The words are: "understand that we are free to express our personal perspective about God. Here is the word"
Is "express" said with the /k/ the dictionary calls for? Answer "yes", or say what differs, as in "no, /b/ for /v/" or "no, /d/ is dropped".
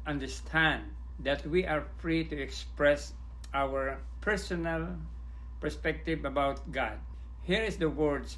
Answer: yes